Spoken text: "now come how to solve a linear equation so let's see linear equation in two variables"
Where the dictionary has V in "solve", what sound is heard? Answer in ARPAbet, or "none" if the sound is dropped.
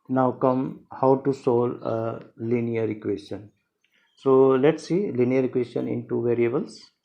none